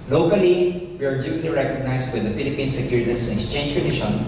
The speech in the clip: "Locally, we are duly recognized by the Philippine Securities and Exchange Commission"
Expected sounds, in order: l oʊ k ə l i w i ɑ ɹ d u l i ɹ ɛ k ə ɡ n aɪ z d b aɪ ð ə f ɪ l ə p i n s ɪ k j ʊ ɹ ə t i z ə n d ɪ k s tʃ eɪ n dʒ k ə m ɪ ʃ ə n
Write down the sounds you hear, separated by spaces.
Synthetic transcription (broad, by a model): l oʊ k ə l i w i ɑ ɹ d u l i ɹ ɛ k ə ɡ n aɪ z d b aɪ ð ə f ɪ l ə p i n s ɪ k j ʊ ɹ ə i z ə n ɪ k s tʃ eɪ n dʒ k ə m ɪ ʃ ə n